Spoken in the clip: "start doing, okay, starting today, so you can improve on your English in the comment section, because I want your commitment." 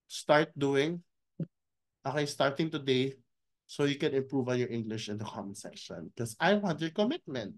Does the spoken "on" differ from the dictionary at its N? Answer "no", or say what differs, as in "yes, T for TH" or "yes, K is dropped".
yes, L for N